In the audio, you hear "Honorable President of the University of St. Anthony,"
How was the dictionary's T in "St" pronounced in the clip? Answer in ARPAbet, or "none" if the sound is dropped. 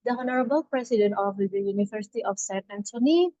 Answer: none